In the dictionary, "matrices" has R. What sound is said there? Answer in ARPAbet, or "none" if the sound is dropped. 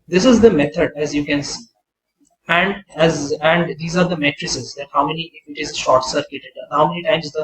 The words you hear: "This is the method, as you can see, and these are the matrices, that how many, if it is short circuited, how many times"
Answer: R